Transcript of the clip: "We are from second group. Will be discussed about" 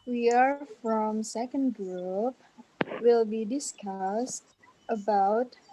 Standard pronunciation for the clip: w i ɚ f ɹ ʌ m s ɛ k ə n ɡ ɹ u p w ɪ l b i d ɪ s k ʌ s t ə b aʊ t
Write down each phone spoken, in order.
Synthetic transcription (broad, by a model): w i ɚ f ɹ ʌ m s ɛ k ə n ɡ ɹ u p w ɪ l b i d ɪ s k ʌ s t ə b aʊ t